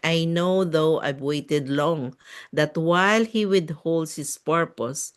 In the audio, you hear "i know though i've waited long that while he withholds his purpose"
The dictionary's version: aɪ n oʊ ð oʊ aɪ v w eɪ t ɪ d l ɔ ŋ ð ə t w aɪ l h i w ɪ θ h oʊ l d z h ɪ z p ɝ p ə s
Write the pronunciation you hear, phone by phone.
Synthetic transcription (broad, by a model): aɪ n oʊ ð oʊ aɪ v w eɪ t ɪ d l ɔ ŋ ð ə t w aɪ l h i w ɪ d h oʊ l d h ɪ s p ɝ p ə s